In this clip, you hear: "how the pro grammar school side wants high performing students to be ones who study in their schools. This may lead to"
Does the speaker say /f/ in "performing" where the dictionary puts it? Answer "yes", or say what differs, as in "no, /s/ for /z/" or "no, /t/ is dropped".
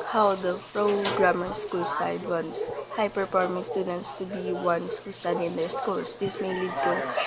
no, /p/ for /f/